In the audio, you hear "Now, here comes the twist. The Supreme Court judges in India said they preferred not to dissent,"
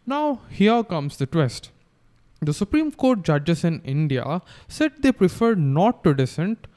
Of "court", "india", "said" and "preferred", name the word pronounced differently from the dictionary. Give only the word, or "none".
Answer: none